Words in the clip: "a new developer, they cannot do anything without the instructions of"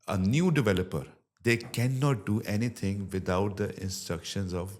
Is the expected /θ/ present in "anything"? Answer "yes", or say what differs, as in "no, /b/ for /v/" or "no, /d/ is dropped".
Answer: no, /t/ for /θ/